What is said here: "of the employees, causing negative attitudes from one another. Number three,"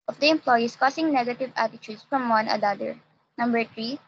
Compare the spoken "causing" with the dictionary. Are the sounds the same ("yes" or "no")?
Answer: no